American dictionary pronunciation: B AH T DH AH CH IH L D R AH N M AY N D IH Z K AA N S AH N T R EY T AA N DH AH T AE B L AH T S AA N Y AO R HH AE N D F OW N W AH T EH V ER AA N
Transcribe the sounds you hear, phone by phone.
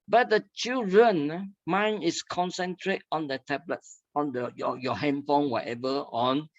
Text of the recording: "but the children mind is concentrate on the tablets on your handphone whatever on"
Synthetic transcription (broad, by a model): B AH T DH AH CH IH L D R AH N M AY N IH S K AA N S AH N T R EY T AA N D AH T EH B L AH T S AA N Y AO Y HH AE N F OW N W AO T EH V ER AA N